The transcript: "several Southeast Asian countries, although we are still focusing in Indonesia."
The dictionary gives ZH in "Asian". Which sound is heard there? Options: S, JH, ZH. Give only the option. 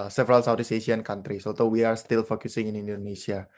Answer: S